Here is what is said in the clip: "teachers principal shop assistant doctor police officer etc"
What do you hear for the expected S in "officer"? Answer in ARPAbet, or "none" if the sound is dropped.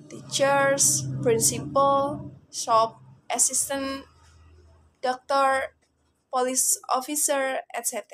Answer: S